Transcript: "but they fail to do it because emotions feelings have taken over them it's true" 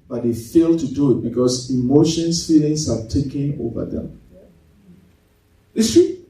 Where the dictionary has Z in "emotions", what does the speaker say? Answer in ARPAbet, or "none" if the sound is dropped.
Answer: S